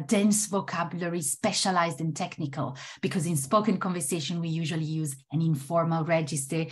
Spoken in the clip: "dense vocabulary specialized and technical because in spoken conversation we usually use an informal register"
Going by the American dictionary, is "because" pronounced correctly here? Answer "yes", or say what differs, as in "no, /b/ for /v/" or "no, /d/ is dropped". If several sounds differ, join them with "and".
yes